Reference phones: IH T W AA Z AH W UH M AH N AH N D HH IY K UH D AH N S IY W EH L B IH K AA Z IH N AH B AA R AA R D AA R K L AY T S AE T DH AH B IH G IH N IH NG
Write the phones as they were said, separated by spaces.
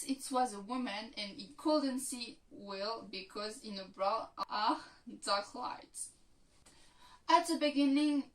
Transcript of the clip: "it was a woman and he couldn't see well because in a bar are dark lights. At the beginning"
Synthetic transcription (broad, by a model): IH T W AA Z AH W UH M AH N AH N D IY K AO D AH N S IY W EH L B IH K AA Z IH N AH B R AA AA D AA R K L AY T AE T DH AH B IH G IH N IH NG